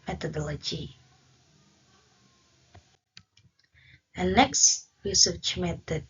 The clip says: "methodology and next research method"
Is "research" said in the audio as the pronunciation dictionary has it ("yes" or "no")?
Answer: no